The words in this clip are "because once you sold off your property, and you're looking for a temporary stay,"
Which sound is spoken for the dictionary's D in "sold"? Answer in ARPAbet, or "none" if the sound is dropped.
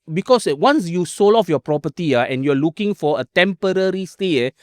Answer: none